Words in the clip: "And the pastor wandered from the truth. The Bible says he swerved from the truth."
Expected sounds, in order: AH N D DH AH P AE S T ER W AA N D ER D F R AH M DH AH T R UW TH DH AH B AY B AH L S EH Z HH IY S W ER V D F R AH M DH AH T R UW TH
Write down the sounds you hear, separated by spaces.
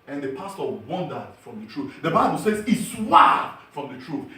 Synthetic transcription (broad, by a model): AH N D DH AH P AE S T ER W AA N D ER D F R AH M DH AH T R UW TH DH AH B AY B AH L S EH Z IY S W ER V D F R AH M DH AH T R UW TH